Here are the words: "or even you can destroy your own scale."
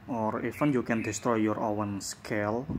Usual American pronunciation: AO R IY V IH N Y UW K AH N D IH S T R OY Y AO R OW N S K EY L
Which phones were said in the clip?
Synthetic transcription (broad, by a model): AO R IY F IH N Y UW K AH N D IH S T R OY Y AO R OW N S K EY L